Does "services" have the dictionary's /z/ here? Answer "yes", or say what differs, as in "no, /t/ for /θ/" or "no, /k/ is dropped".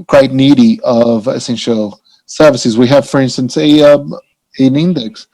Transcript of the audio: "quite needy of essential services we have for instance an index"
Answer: yes